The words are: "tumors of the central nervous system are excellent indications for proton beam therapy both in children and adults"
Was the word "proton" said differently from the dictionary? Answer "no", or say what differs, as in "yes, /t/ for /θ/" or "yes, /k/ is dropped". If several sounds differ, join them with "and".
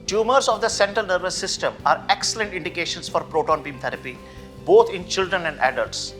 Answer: no